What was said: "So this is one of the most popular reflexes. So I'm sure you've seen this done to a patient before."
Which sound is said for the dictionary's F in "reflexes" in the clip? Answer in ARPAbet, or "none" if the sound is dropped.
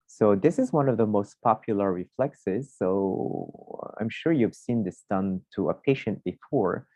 F